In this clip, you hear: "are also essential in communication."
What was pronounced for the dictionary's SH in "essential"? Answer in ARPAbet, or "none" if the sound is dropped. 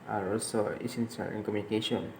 S